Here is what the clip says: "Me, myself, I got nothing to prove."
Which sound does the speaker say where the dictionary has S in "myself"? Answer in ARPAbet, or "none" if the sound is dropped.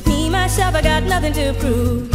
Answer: SH